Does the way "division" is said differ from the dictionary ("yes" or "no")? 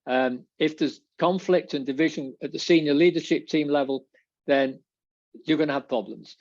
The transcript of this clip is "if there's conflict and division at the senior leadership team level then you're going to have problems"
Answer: no